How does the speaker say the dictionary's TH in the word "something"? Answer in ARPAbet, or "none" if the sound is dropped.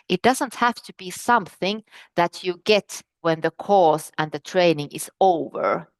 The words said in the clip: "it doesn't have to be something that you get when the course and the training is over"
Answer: TH